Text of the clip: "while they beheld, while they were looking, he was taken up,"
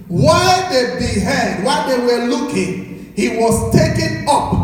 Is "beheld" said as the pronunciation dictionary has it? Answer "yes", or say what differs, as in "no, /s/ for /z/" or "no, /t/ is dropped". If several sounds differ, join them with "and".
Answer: no, /l/ is dropped